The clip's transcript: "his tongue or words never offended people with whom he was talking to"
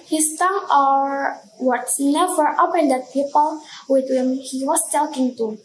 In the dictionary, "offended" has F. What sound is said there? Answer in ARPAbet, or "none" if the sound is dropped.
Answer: P